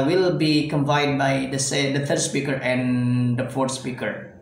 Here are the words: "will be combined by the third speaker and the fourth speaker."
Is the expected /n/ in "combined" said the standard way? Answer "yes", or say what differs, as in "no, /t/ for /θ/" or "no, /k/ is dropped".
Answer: no, /n/ is dropped